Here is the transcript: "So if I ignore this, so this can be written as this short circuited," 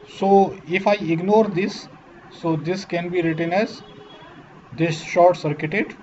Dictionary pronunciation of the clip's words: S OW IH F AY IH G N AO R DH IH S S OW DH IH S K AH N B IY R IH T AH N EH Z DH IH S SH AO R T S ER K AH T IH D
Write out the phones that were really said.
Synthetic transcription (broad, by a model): S OW IH F AY IH G N AO R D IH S S OW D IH S K AH N B IY R IH T AH N EH Z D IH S SH AO R T S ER K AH T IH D